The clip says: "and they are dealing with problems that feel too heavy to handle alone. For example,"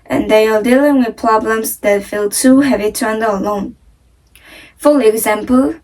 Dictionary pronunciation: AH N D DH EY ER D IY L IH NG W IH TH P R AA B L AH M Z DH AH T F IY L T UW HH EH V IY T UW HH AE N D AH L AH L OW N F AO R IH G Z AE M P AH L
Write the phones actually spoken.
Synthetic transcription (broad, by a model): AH N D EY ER D IY L IH NG W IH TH P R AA B L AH M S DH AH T F IY L T UW HH EH V IY T UW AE N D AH AH L OW N F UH L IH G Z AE M P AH L